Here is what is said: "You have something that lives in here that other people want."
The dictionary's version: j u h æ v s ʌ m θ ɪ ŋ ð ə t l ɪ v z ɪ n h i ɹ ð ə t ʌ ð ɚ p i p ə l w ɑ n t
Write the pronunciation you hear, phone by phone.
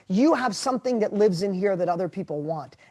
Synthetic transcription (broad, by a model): j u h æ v s ʌ m θ ɪ ŋ ð ə t l ɪ v z ɪ n h i ɹ ð ə t ʌ ð ɚ p i p l w ɑ n t